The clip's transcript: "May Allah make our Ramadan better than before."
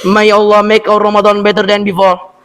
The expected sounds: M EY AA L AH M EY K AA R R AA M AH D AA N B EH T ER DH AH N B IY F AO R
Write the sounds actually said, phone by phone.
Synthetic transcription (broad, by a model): M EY AA L AH M EY K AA W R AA M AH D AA N B EH T ER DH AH N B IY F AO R